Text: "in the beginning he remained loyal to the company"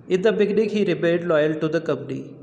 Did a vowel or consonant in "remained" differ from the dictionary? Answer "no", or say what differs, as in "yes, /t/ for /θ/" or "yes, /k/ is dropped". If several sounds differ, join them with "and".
yes, /n/ is dropped